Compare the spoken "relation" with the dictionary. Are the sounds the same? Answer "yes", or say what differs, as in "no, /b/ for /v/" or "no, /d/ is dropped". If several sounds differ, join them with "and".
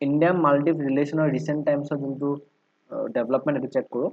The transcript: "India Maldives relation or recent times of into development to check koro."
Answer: no, /s/ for /ʃ/